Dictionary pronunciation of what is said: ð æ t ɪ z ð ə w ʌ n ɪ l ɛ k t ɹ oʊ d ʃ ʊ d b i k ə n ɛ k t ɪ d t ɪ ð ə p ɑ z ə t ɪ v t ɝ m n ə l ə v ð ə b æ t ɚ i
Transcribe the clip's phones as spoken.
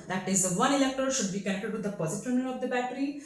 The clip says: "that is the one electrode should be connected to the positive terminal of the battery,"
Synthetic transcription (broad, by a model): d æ t ɪ z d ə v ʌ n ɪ l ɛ k t oʊ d ʃ ʊ d b i k ə n ɛ k t ɪ d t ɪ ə p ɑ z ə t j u n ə n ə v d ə b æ t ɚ i